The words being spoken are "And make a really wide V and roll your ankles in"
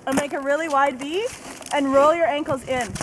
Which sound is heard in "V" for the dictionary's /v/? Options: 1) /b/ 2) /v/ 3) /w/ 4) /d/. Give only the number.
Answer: 1